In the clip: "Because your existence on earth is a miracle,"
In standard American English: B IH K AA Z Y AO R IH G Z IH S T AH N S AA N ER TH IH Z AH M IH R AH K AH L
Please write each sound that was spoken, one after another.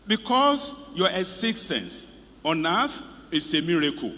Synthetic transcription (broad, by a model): B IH K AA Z Y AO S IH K S T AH N S AA N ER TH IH S AH M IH R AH K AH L